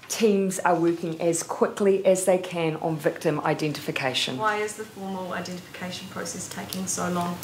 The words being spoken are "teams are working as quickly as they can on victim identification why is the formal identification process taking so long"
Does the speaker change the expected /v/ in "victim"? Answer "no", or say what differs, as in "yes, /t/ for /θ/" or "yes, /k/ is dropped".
no